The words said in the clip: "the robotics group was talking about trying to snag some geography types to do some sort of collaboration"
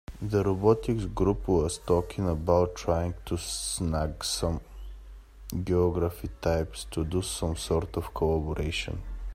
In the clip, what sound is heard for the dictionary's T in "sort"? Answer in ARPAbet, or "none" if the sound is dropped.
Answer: T